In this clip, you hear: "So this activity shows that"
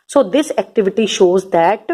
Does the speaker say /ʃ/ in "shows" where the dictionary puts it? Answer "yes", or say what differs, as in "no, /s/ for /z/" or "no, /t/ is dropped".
yes